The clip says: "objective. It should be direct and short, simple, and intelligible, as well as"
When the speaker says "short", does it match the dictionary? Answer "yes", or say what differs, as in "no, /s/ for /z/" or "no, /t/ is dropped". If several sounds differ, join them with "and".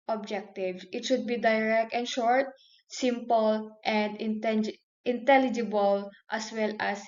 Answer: yes